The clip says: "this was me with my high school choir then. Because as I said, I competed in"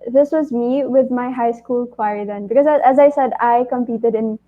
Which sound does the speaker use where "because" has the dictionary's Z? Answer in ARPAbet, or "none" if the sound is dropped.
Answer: Z